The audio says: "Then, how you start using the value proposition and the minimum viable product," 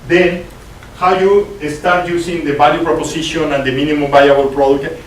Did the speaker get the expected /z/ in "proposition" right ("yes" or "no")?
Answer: no